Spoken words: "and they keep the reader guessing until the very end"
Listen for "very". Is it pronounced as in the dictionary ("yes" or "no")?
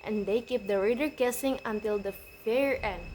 no